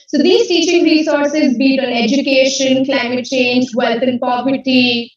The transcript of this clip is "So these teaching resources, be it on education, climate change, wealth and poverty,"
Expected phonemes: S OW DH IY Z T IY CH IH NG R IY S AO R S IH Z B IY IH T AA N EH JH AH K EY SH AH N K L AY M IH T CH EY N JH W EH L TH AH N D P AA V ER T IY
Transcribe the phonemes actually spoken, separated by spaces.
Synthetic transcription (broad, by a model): S OW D IY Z T IY CH IH NG R IY S AO R S IH Z B IY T AA N EH JH AH K EY SH AH N K L AY M IH T CH EY N JH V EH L T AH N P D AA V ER T IY